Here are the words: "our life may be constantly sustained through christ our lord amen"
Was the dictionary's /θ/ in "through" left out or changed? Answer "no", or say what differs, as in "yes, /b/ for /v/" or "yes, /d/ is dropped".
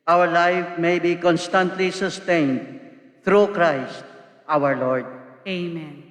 yes, /t/ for /θ/